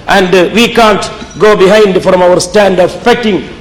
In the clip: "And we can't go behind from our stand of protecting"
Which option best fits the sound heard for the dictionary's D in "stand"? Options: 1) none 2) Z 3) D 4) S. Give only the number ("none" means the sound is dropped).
3